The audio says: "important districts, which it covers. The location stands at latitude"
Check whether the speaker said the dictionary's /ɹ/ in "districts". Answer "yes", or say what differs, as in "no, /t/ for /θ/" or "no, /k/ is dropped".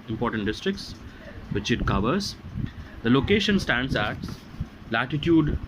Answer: yes